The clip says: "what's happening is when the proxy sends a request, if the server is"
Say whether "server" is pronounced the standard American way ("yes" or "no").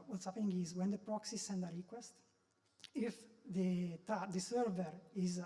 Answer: yes